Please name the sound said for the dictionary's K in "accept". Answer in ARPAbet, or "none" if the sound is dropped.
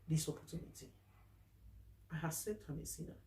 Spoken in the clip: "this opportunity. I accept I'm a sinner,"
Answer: none